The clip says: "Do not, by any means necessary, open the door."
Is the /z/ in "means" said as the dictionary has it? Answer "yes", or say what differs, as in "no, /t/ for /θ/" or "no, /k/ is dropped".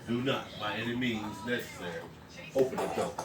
yes